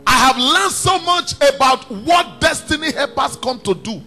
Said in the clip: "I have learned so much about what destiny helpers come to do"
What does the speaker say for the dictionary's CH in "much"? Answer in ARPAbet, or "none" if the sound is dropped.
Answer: CH